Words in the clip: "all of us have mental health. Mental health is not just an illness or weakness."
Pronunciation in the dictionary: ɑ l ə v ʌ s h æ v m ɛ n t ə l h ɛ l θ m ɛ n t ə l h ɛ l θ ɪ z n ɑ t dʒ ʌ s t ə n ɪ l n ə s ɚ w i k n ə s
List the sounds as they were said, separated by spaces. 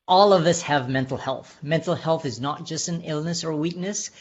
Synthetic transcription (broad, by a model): ɑ l ə v ʌ s h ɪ v m ɛ n t l h ɛ l θ m ɛ n t l h ɛ l θ ɪ z n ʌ t dʒ ʌ s t n ɪ l n ə s ɚ w i k n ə s